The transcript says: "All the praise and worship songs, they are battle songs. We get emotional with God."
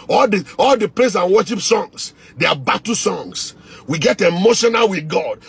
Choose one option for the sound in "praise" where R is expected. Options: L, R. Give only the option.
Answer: L